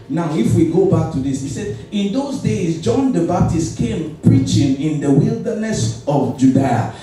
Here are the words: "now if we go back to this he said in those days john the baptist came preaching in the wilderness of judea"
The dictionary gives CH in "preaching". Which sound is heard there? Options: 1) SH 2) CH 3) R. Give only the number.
2